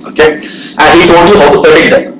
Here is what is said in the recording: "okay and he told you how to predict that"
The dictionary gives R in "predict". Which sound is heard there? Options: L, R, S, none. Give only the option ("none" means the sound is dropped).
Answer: none